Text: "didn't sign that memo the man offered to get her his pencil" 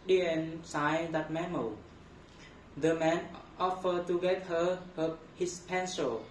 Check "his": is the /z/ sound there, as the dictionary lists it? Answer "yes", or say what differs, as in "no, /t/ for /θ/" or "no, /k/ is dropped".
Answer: no, /s/ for /z/